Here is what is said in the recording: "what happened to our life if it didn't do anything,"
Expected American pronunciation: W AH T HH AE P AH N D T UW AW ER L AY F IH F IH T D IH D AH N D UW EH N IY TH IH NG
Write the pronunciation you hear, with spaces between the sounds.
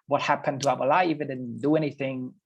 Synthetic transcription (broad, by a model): W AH T HH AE P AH N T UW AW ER L AY IH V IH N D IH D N D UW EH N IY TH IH NG